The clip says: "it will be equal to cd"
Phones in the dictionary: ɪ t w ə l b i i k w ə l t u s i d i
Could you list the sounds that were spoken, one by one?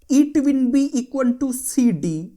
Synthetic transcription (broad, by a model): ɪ t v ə n b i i k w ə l t u s i d i